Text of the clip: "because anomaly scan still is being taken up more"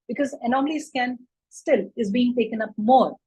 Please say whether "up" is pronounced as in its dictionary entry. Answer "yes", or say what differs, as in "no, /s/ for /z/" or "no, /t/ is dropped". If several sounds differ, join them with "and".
yes